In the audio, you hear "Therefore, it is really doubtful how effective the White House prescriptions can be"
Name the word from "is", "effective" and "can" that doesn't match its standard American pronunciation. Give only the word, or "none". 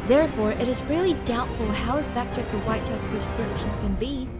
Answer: none